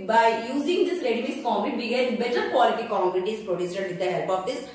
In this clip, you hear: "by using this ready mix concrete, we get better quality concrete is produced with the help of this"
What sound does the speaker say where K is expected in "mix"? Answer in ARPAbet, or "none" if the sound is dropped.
none